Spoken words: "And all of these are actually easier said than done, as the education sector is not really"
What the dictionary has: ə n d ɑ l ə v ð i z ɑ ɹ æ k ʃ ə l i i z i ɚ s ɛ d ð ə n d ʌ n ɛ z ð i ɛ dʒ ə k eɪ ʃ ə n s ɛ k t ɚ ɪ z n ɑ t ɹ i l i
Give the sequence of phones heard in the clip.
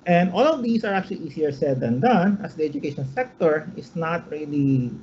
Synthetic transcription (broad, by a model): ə n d ɑ l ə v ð i s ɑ ɹ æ k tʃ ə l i i s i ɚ s ɛ d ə n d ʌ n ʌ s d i ɛ dʒ ə k eɪ ʃ ə n s ɛ k t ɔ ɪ s n ɑ t ɹ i l i